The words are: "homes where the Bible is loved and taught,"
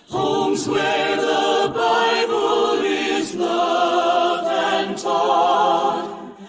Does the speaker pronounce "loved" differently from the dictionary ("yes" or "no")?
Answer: yes